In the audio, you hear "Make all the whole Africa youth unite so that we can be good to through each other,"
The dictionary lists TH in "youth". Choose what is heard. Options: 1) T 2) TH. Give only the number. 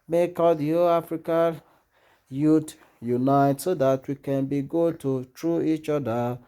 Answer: 1